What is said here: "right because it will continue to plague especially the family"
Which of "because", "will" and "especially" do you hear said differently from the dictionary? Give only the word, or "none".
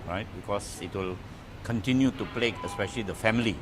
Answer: because